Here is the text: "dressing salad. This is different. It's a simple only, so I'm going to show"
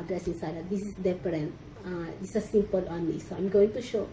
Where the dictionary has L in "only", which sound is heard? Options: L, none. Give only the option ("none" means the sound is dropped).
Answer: none